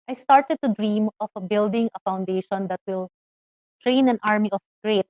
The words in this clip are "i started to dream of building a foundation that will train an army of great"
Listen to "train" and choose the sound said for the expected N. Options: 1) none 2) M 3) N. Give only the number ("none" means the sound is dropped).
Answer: 3